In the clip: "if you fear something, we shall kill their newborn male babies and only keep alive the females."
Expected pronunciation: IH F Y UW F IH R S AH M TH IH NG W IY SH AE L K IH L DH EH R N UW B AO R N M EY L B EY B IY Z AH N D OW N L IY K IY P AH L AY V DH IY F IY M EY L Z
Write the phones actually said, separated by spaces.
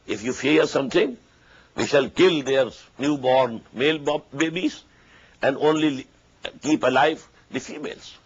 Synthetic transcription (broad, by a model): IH F Y UW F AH R S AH M T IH NG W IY SH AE L K IH L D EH R N UW B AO R N M EY L B EY B IY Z AH N D OW N L IY K IY P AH L AY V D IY F IY M EY L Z